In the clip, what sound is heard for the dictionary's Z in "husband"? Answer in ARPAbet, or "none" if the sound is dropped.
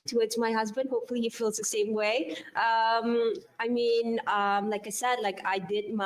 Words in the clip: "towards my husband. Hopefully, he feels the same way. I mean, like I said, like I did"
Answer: Z